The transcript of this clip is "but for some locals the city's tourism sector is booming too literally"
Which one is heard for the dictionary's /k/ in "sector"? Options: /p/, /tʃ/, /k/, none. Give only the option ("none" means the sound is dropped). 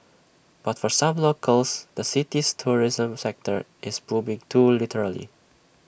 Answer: /k/